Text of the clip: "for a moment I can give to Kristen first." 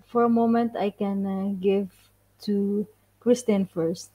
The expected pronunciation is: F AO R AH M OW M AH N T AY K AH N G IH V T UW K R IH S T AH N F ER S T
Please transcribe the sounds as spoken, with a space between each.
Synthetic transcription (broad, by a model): F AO R AH M OW M AH N T AY K AH N G IH V T UW K R IH S T AH N F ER S T